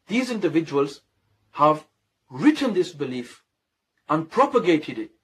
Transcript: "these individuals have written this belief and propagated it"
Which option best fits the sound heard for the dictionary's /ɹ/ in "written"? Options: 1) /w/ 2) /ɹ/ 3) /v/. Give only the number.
2